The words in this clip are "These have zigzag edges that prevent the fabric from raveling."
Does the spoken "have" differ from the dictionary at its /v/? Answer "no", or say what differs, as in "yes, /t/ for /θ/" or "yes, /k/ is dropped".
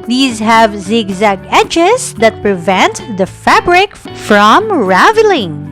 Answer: no